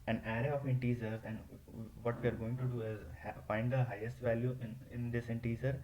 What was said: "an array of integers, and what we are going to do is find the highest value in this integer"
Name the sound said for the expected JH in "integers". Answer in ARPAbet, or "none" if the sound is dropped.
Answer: Z